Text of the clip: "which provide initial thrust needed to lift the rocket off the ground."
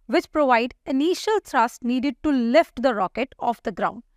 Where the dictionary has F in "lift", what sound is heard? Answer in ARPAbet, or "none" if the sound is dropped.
F